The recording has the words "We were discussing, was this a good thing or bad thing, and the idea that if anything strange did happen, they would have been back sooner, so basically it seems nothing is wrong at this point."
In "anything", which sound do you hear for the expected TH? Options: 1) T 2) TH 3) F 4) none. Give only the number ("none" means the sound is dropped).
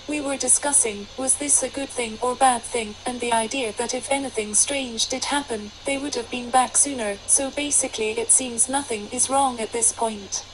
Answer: 2